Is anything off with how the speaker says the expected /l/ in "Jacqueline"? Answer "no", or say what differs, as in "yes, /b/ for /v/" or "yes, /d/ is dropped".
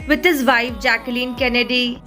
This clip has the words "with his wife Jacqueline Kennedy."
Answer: no